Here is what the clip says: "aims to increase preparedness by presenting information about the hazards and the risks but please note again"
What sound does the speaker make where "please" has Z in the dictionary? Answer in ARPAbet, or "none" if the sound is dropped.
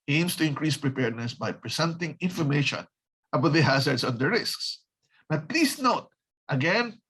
S